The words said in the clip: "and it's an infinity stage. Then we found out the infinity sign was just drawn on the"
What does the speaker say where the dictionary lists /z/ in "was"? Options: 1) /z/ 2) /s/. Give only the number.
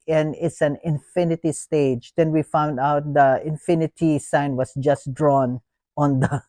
2